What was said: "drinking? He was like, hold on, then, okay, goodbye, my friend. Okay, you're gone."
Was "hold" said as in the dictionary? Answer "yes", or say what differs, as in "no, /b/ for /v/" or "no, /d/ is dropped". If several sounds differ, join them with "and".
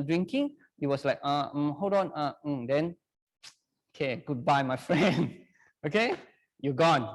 no, /l/ is dropped